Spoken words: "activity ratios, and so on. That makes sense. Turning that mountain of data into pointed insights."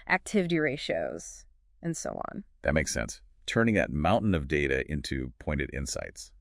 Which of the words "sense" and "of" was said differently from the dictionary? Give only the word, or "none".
none